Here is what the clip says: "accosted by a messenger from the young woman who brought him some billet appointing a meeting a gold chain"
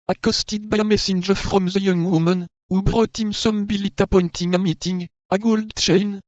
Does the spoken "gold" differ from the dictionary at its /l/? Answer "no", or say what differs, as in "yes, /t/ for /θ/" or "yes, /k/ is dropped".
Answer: no